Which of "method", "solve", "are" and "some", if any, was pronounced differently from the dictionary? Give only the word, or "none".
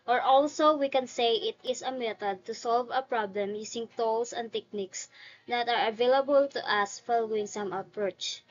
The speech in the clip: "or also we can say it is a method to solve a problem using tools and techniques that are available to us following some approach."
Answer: method